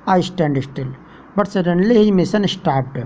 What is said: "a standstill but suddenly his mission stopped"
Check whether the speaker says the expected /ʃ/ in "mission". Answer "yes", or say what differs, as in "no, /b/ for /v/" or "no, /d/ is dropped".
no, /s/ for /ʃ/